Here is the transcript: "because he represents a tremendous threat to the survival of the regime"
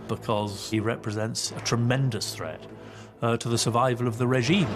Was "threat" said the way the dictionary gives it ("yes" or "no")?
yes